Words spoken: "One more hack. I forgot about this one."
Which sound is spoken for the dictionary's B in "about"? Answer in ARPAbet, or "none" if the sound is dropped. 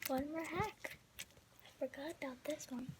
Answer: none